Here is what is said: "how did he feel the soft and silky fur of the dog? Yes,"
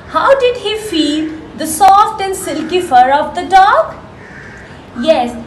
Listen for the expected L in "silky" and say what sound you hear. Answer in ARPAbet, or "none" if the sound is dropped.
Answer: L